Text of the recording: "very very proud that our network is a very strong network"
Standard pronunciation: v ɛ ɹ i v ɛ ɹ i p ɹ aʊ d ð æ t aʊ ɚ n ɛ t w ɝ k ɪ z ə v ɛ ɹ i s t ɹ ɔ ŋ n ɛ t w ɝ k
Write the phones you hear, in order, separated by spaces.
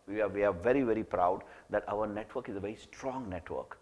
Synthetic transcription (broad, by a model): v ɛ ɹ i v ɛ ɹ i p ɹ aʊ d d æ t aʊ ɚ n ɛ t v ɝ k ɪ z ə v ɛ ɹ i s t ɹ ɔ ŋ n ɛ t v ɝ k